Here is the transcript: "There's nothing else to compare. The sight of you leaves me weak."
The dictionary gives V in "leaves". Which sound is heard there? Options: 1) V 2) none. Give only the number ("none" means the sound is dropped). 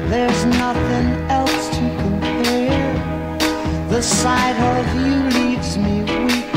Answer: 1